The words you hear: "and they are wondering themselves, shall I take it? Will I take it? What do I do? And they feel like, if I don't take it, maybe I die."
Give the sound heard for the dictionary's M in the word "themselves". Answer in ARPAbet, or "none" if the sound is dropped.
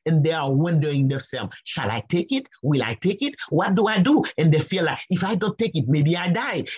none